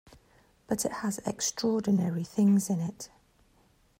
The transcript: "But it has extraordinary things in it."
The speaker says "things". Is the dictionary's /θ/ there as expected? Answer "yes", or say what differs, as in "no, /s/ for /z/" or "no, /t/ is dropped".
yes